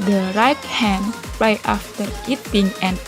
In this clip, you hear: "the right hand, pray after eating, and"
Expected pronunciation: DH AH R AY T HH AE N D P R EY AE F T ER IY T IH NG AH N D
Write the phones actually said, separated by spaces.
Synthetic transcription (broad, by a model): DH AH R AY T HH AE N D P L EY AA F T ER IY T IH NG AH N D